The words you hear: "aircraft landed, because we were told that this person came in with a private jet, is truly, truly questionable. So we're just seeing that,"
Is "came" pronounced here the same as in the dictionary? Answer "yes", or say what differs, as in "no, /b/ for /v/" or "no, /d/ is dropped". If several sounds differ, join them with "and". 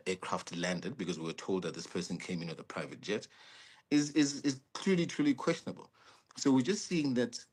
yes